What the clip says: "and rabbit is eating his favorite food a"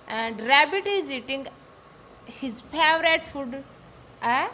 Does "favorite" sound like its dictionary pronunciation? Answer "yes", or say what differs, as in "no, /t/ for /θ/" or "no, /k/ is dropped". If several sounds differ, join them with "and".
no, /p/ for /f/